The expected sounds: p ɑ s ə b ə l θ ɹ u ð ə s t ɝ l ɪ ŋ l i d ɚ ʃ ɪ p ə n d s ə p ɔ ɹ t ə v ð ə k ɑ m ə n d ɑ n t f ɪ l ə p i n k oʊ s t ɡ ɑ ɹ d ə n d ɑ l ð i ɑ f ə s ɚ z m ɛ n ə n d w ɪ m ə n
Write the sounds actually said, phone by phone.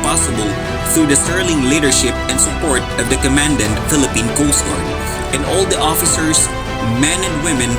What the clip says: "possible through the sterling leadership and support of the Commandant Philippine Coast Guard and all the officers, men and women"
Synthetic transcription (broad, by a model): p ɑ s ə b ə l θ ɹ u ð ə s t ɝ l ɪ ŋ l i d ɚ ʃ ɪ p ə n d s ə p ɔ ɹ t ə v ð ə k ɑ m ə n d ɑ n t f ɪ l ə p i n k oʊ s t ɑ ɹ ə n d ɑ l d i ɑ f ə s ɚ s m ɛ n ə n d w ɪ m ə n